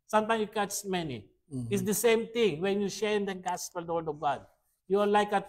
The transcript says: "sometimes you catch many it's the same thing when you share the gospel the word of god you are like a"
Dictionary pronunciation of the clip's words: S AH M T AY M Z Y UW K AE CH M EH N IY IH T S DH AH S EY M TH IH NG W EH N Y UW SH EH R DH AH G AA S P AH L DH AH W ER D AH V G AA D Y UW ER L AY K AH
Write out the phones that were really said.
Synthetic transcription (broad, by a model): S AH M T AY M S Y UW K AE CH M EH N IY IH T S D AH S EY M T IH NG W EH N Y UW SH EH R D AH G AA S P AH L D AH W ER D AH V G AA D Y UW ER L AY K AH